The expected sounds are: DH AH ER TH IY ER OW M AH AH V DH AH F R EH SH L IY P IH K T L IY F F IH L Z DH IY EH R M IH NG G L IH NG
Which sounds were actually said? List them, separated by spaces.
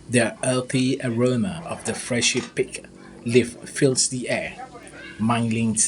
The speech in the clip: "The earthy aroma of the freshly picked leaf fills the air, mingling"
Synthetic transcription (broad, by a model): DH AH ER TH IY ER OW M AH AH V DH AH F R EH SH IY P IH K L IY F F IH L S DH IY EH M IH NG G L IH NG